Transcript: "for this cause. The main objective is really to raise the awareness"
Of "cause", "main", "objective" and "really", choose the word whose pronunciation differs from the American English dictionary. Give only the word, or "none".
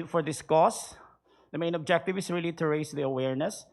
cause